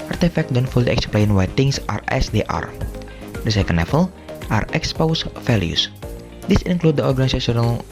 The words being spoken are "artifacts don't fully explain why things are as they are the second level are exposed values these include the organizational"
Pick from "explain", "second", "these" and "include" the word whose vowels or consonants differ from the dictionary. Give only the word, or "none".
these